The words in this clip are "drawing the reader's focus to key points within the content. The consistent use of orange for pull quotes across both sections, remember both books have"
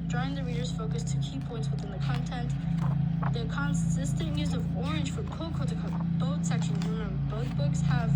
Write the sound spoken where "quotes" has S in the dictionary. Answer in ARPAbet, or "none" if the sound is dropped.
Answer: none